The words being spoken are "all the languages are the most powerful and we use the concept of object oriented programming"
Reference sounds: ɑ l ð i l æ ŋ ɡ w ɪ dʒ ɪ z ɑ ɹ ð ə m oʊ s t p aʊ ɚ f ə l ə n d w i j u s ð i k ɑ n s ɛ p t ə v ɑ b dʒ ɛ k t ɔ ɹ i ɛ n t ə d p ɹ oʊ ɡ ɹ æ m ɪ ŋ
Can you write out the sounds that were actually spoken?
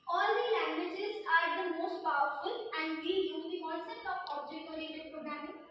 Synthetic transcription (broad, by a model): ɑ l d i l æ ŋ ɡ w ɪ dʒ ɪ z ɑ ɹ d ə m oʊ s t p aʊ ɚ f ə l ə n d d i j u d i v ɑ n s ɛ t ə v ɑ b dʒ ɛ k ɔ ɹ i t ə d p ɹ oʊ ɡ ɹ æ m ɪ